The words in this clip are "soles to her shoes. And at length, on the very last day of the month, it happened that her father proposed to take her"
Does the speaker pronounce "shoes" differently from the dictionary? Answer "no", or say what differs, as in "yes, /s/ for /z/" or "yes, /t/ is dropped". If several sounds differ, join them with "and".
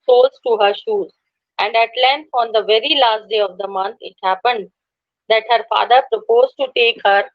no